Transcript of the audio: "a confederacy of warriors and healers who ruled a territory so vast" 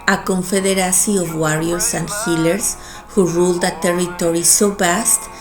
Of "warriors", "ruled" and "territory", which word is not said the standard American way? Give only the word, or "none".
warriors